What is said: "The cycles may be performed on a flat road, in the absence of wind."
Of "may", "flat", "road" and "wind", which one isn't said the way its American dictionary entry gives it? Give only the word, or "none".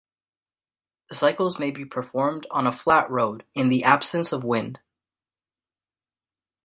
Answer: none